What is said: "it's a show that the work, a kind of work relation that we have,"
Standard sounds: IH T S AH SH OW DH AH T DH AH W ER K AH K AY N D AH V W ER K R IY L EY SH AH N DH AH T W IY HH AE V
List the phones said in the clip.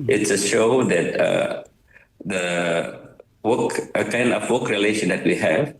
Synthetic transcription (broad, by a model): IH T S AH SH OW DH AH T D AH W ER K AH K AY N D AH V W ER K R IY L EY SH AH N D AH T W IY HH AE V